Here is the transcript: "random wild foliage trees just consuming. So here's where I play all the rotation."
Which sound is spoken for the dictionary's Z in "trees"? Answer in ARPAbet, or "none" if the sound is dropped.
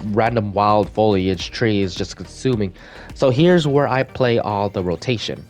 Z